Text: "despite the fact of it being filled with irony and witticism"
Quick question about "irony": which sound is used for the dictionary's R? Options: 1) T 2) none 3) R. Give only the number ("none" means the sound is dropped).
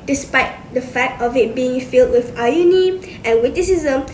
2